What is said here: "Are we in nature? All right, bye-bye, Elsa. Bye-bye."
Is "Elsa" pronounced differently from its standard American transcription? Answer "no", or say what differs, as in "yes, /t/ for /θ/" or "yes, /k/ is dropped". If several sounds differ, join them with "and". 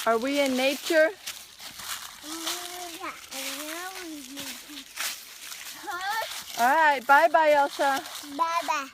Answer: yes, /ʃ/ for /s/